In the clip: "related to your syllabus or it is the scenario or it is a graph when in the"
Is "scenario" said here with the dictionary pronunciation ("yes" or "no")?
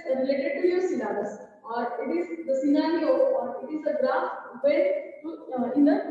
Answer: no